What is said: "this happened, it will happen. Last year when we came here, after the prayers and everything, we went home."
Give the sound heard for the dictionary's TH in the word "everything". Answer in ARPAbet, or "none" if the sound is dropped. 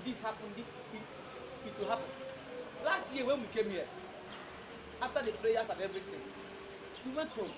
S